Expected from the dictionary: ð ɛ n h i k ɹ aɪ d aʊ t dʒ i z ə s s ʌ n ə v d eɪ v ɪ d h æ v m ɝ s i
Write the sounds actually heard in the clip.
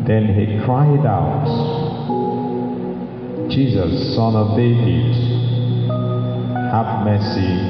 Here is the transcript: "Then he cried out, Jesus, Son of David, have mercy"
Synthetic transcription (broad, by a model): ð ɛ n h i k ɹ aɪ d aʊ t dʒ i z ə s s ʌ n ə v d eɪ v ɪ d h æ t m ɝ s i